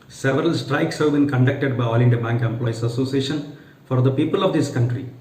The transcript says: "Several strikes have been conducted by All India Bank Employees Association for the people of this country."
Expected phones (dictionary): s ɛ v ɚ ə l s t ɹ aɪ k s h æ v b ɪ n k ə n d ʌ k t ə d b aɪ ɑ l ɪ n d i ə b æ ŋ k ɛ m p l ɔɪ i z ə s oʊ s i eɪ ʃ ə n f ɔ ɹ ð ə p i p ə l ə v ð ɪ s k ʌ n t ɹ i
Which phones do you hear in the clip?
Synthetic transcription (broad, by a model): s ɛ v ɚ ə l s t ɹ aɪ k s h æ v b ɪ n k ə n d ʌ k t ə d b aɪ ɑ l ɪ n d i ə b æ ŋ k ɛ m p l ɔɪ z ə s oʊ s i eɪ ʃ ə n f ɔ ɹ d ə p i p ə l ə v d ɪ s k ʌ n t ɹ i